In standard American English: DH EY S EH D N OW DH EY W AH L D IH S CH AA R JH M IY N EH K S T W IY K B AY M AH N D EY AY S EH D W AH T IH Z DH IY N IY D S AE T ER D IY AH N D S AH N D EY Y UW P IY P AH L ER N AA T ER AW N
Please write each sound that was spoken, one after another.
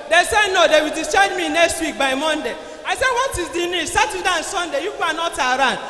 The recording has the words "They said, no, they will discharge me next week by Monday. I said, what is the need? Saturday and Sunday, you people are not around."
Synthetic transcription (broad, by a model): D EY S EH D N OW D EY W AH L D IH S AA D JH M IY N EH K S T W IY K B AY M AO N D EY AY S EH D W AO T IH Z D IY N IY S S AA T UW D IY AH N S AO N D EY Y UW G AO AH N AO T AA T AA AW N